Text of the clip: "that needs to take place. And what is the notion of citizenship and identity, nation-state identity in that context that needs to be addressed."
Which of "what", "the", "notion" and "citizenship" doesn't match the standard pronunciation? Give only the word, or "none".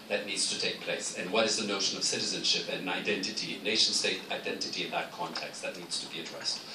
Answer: none